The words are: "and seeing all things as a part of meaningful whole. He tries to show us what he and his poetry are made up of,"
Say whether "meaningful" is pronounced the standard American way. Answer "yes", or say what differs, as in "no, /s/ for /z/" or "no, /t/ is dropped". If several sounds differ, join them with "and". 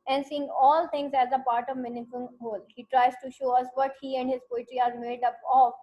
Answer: no, /ŋ/ is dropped